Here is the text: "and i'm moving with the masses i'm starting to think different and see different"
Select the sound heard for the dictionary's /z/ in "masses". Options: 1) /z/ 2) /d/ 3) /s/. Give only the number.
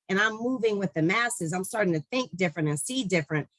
1